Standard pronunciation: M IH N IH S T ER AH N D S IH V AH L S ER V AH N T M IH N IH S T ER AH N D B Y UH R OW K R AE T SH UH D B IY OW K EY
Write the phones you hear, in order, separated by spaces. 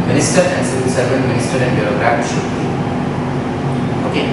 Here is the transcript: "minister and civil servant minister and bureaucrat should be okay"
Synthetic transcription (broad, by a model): M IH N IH S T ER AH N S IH AH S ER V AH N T M IH N IH S T ER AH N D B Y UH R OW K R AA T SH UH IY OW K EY